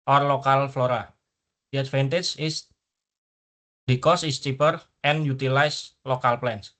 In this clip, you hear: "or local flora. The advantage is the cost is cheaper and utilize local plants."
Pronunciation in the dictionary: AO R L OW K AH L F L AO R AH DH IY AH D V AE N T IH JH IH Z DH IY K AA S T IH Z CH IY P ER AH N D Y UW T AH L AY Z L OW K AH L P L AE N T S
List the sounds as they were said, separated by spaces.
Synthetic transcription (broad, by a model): AO R L OW K AH L F L AO R AH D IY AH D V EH N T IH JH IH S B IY K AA S IH S CH IY P ER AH N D Y UW T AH L AY S L OW K AH L P L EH N S